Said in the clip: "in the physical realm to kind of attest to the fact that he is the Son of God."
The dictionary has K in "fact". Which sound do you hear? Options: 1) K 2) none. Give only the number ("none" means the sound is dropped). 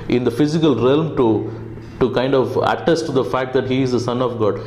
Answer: 1